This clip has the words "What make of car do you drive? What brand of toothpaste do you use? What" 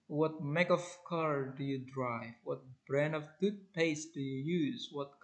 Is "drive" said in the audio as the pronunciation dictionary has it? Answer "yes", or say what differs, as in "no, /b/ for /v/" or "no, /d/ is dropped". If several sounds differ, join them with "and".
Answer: yes